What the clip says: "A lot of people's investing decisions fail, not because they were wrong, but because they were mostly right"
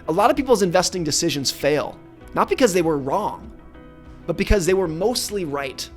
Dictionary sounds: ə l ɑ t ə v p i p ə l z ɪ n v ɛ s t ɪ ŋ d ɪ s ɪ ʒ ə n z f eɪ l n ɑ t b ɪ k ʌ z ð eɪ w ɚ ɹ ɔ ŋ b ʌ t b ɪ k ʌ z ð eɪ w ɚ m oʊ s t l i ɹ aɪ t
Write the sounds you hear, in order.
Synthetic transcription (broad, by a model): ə l ɑ t ə v p i p l z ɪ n v ɛ s t ɪ ŋ d ɪ s ɪ ʒ ə n z f eɪ l n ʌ t b ɪ k ʌ z ð eɪ w ɚ ɹ ɔ ŋ b ʌ t b ɪ k ʌ z ð eɪ w ɚ m oʊ s t l i ɹ aɪ t